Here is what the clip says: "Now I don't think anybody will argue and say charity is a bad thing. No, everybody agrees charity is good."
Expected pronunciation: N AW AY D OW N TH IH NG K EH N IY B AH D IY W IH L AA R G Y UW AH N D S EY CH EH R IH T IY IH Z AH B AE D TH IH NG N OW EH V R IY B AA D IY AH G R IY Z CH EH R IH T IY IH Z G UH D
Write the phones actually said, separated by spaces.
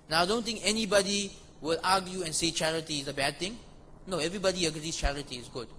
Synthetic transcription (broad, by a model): N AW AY D OW N T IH NG K EH N IY B AH D IY W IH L AA G Y UW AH N S EY CH EH R IH T IY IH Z AH B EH D T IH NG N OW EH V R IY B AA D IY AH G R IY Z CH EH R IH T IY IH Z G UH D